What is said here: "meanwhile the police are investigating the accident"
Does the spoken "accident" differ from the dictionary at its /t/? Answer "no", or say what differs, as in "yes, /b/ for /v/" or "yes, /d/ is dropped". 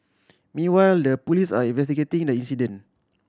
yes, /t/ is dropped